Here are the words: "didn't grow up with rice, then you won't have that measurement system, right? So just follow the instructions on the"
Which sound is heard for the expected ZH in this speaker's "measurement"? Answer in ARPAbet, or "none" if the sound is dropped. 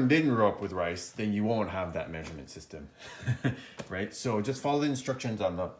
ZH